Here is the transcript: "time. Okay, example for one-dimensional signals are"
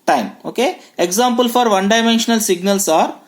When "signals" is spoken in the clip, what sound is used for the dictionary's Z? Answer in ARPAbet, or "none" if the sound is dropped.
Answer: S